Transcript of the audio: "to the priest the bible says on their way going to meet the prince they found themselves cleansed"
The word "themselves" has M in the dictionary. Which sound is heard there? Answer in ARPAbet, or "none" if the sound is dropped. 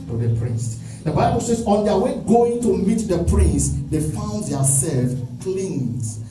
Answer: none